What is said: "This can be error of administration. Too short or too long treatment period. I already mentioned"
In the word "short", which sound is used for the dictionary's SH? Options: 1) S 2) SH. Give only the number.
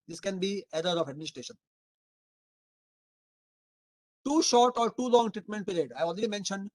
2